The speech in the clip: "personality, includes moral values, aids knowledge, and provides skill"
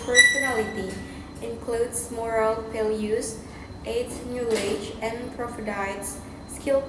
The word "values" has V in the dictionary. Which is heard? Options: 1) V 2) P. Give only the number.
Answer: 2